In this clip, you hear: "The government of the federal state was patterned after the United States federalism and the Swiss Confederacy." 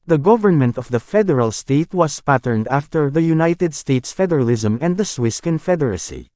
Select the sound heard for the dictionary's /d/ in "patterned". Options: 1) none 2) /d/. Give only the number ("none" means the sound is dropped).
2